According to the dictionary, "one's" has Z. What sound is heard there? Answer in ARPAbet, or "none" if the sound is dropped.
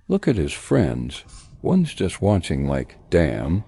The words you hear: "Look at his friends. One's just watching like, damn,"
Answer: Z